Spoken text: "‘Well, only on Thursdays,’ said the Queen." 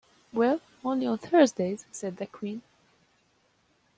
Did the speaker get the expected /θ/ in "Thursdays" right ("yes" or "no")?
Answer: yes